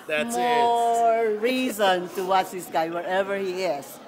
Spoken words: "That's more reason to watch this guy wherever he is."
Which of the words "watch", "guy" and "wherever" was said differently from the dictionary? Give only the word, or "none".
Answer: watch